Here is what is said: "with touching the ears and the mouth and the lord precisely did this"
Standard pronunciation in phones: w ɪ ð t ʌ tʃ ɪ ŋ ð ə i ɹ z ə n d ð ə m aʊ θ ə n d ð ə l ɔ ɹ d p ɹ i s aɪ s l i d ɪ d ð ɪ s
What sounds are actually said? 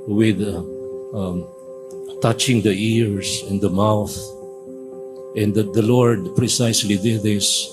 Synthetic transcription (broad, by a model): w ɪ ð t ʌ tʃ ɪ ŋ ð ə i ɹ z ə n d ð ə m aʊ θ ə n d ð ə l ɔ ɹ d p ɹ i s aɪ s l i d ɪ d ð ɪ s